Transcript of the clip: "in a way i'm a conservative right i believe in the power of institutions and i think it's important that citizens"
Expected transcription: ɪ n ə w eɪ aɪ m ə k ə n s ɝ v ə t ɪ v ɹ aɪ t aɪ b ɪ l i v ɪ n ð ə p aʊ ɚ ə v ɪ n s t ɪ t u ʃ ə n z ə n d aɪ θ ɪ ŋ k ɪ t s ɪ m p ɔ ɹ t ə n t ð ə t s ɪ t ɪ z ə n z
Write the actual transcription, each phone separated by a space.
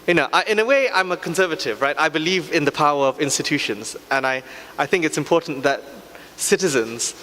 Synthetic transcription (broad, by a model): ɪ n ə w eɪ aɪ m ə k ə n s ɝ v ə t ɪ v ɹ aɪ t aɪ b ɪ l i v ɪ n ð ə p aʊ ɚ ə v ɪ n s t ɪ t u ʃ ə n z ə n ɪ aɪ θ ɪ ŋ k ɪ t s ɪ m p ɔ ɹ t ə n ð ə t s ɪ t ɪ z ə n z